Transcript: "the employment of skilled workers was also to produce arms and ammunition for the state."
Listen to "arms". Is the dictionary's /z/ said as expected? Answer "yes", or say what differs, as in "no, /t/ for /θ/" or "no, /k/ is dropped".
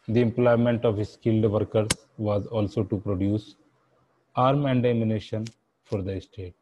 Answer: no, /z/ is dropped